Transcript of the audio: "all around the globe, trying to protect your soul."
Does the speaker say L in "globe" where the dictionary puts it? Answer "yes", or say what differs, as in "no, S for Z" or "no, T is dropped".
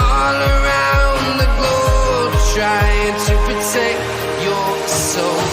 no, L is dropped